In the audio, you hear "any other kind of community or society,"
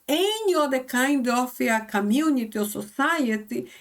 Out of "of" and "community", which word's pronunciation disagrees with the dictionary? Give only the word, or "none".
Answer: of